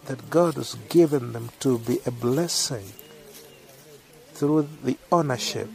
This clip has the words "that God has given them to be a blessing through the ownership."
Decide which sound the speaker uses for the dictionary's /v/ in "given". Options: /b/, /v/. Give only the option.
/v/